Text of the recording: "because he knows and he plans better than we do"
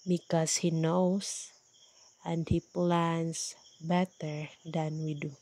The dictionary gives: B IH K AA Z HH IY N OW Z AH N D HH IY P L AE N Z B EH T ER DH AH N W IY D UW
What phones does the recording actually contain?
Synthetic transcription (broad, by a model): B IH K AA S HH IY N OW S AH N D HH IY P L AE N S B EH T ER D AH N W IY D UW